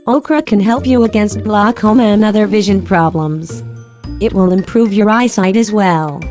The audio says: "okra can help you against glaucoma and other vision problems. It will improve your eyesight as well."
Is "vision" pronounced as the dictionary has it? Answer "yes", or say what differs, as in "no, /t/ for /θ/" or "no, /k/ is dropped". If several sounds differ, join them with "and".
yes